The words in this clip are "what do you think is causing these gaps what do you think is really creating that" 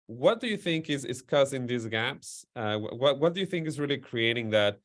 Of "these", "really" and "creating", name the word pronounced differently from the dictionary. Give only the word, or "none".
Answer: none